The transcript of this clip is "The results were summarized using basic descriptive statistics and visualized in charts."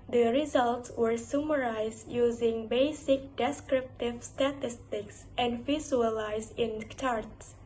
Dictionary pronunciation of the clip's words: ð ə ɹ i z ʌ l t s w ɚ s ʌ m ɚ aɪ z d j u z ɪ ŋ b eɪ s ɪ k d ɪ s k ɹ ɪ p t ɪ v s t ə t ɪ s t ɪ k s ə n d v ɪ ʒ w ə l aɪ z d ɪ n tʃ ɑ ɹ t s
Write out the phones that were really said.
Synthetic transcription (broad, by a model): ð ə ɹ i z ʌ l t s w ɚ s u m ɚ aɪ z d j u z ɪ ŋ b eɪ s ɪ k d ɪ s k ɹ ɪ p t ɪ v s t ə t ɪ s t ɪ k s ə n d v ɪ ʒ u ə l aɪ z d ɪ n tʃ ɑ ɹ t s